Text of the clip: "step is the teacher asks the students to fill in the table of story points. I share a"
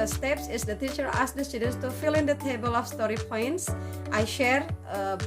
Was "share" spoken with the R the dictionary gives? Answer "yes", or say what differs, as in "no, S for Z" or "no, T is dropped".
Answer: yes